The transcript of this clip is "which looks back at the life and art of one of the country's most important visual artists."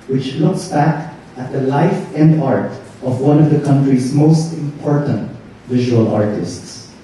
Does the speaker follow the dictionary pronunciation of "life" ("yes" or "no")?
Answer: yes